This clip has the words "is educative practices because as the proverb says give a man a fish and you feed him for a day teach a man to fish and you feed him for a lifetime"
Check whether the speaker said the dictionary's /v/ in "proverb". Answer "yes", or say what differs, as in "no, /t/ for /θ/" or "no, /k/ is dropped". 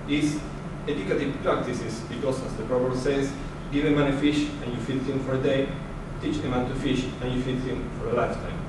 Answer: no, /b/ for /v/